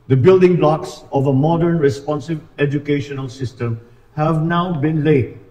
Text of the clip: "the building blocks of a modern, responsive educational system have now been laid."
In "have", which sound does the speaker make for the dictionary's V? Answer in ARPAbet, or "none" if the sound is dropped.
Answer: V